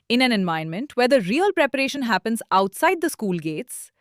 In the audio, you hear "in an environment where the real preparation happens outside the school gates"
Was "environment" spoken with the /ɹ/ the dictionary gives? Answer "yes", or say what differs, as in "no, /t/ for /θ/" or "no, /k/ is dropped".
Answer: no, /ɹ/ is dropped